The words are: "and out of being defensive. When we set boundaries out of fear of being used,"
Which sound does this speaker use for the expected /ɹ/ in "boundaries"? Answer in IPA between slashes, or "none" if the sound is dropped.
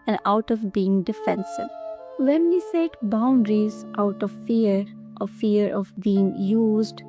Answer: /ɹ/